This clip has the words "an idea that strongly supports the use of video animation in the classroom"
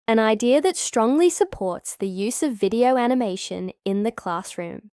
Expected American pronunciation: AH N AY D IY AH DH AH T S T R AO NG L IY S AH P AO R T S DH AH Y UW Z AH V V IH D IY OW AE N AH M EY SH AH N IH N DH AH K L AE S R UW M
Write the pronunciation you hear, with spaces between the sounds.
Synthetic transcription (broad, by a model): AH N AY D IY AH DH AH T S T R AO NG L IY S AH P AO R T S DH AH Y UW Z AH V V IH D IY OW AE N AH M EY SH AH N IH N DH AH K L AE S R UW M